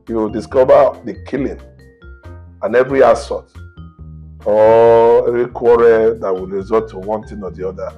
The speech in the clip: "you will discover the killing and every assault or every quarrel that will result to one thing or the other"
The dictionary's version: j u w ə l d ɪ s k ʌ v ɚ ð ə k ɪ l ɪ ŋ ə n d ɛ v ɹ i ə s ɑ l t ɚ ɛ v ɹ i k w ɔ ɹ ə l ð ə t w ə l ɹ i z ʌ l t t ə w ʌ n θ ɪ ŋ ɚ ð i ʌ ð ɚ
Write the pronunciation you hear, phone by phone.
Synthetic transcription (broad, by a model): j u w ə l d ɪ s k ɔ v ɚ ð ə k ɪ l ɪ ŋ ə n ɛ v ɹ i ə s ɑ t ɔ ɛ v ɹ i k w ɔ ɹ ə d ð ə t w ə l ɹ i z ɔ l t t ə w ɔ n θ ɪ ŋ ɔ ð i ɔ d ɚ